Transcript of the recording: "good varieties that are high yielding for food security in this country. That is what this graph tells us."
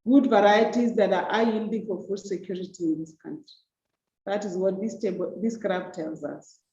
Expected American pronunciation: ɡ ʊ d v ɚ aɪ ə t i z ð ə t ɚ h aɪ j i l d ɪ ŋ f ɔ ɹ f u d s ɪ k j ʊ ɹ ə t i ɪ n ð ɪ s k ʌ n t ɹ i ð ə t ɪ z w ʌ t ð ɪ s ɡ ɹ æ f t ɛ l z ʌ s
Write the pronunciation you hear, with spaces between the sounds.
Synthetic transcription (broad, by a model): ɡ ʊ d v ɚ aɪ ə t i z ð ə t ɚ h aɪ j i l d ɪ ŋ f ɔ ɹ f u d s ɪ k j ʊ ɹ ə t i ɪ n ð ɪ s k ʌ n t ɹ i ð ə t ɪ z w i t ð ɪ s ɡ ɹ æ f t ɛ l z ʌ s